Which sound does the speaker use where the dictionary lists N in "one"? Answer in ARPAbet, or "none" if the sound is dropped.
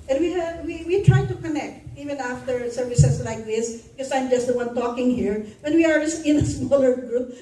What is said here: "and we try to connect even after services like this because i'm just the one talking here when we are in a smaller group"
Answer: N